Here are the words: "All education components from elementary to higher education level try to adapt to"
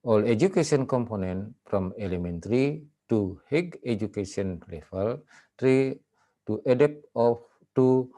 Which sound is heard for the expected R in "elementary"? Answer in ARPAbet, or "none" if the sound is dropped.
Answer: R